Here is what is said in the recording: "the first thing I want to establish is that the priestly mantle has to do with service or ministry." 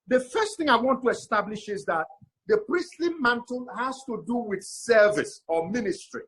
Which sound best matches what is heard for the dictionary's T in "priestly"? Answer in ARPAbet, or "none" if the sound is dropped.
T